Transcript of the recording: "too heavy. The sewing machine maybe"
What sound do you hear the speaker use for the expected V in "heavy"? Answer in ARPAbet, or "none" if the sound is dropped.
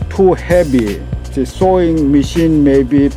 B